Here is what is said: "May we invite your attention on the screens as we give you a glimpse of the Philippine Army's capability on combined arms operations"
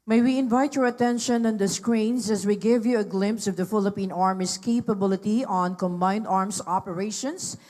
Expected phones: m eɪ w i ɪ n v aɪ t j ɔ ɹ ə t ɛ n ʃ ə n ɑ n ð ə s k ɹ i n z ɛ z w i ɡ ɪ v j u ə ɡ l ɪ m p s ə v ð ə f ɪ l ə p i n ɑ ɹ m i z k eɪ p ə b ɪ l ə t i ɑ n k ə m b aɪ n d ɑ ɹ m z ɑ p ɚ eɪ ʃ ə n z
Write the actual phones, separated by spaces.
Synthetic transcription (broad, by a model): m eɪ w i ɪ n v aɪ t j ɔ ɹ ə t ɛ n ʃ ə n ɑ n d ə s k ɹ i n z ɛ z w i ɡ ɪ v j u ə ɡ l ɪ m p s ə v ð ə f ɪ l ə p i n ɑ ɹ m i s k eɪ p ə b ɪ l ə t i ɑ n k ə m b aɪ n d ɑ ɹ m s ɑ p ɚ eɪ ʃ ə n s